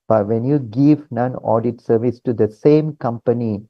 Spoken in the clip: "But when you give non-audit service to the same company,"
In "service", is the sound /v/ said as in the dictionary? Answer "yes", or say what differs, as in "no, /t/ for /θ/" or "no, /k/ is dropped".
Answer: yes